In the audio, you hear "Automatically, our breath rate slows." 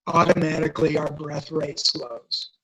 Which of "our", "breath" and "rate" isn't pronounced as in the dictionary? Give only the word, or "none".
none